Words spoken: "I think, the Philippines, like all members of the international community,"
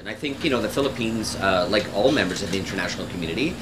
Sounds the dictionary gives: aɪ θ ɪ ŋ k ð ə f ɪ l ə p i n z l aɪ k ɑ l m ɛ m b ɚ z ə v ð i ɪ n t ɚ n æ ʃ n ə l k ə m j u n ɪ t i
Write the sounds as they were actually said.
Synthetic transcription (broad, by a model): aɪ θ ɪ ŋ k ð ə f ɪ l ə p i n z l aɪ k ɑ l m ɛ m b ɚ z ə v ð i ɪ n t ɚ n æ ʃ n l k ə m j u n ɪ t i